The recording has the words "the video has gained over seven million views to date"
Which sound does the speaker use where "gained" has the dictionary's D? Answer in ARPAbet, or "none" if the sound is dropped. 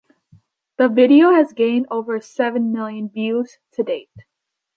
D